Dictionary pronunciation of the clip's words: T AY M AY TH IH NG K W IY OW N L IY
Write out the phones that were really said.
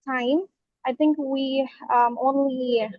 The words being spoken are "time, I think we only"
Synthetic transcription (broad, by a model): T AY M AY TH IH NG K W IY OW N L IY